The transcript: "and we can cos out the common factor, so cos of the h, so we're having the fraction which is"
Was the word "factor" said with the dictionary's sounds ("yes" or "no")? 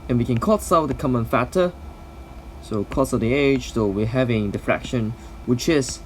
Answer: no